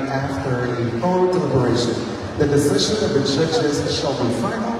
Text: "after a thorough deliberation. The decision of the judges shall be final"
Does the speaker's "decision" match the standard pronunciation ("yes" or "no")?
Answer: yes